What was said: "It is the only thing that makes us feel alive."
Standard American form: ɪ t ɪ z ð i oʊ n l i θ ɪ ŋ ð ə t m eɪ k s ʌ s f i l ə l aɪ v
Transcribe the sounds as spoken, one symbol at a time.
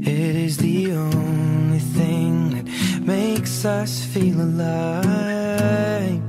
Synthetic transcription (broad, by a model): ɪ t ɪ z ð i oʊ n l i θ ɪ ŋ ð ə t m eɪ k s ʌ s f i l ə l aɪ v